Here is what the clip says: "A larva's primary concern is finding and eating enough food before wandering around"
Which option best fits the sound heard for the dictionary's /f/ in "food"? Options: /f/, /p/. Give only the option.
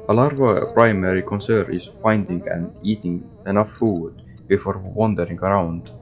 /f/